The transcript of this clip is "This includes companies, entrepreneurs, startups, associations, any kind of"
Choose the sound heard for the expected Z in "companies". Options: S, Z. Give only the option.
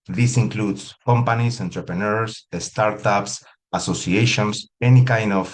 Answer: S